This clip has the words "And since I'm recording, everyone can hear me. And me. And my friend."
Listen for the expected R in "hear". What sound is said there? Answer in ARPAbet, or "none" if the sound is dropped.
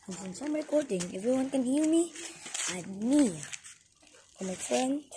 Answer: L